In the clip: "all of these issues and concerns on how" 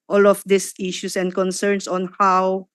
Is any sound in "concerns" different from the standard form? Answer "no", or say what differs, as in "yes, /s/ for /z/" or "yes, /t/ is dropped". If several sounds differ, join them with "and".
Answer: yes, /s/ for /z/